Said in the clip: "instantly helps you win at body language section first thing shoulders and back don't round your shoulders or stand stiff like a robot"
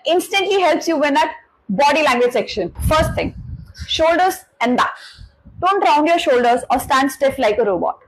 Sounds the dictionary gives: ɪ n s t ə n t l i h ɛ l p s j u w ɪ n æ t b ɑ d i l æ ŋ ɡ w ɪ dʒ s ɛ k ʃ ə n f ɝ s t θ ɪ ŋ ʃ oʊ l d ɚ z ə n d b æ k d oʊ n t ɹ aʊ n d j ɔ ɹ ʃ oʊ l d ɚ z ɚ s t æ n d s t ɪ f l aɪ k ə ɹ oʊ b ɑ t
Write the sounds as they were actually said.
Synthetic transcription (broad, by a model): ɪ n s t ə n t l i h ɛ l p s j u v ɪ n æ t b ɑ d i l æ ŋ ɡ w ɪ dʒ s ɛ k ʃ ə n f ɝ s t t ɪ ŋ ʃ oʊ l d ɚ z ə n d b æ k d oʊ n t ɹ aʊ n d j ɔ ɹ ʃ oʊ l d ɚ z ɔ s t æ n d s t ɪ f l aɪ k ə ɹ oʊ b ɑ t